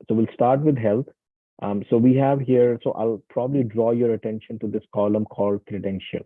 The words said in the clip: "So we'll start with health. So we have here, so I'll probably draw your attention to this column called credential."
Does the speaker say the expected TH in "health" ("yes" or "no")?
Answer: no